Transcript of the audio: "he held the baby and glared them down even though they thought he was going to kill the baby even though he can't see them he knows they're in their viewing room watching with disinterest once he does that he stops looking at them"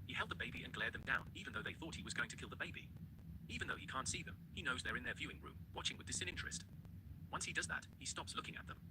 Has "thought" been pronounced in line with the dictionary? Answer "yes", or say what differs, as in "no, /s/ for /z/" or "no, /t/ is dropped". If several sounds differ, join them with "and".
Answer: yes